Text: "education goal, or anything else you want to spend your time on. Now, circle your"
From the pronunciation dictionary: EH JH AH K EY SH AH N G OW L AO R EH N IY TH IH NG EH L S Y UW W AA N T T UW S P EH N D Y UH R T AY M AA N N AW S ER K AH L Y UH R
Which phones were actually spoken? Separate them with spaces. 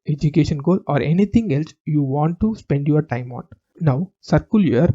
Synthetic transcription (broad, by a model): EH JH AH K EY SH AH N G OW L AO R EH N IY T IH NG EH L S Y UW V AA N T T UW S P EH N D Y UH R T AY M AA N N AW S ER K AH L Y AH R